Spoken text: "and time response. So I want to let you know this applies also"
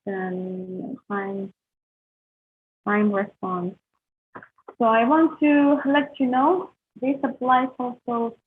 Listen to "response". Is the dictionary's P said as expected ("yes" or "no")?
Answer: yes